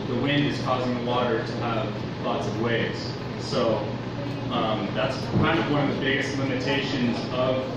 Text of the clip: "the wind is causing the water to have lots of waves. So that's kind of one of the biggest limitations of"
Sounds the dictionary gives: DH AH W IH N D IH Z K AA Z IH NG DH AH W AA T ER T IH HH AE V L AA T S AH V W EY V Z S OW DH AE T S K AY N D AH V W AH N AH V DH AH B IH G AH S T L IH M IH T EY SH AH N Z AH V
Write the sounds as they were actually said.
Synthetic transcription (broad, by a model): DH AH W IH N D IH Z K AA Z IH NG DH AH W AA T ER T IH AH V L AA T S AH V W EY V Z S OW DH AE T S K AY N D AH V W AH N AH V DH AH B IH G AH S T L IH M IH T EY SH AH N Z AH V